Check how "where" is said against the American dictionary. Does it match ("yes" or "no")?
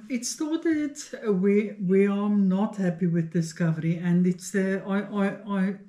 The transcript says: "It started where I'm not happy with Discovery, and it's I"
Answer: no